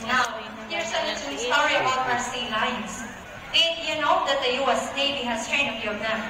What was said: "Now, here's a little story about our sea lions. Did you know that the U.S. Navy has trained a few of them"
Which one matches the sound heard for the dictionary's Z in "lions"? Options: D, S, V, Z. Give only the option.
S